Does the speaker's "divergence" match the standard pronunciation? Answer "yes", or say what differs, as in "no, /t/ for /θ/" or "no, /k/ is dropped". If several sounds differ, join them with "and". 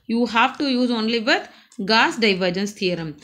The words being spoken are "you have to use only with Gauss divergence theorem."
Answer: yes